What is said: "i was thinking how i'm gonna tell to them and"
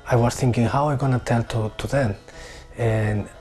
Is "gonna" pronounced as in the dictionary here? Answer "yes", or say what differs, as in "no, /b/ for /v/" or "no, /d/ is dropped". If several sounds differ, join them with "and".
yes